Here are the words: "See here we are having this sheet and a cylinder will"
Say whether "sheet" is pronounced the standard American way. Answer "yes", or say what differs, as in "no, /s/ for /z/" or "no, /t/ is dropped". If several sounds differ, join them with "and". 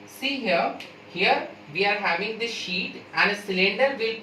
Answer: yes